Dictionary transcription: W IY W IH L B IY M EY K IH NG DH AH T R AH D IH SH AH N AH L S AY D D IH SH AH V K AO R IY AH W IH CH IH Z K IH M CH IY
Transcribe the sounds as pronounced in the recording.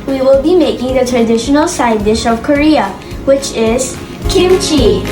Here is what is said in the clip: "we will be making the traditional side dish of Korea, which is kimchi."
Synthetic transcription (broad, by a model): W IY W IH L B IY M EY K IH NG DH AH T R AH D IH SH AH N AH L S AY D D IH SH AH V K AO R IY AH W IH CH IH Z K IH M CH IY